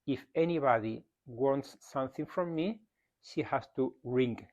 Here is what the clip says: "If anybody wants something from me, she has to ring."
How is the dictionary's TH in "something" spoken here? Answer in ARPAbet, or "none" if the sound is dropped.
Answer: TH